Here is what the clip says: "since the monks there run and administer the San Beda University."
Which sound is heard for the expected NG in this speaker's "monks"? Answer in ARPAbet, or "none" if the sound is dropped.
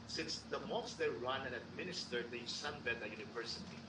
none